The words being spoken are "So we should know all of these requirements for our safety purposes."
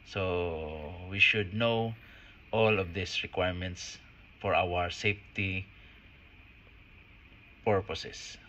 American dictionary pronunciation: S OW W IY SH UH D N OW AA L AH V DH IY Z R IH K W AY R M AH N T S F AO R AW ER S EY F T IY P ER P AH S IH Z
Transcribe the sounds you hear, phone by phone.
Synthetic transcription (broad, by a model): S OW W IY SH UH D N OW AA L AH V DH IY S R IH K W AY R M AH N T S F AO R AW ER S EY F T IY P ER P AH S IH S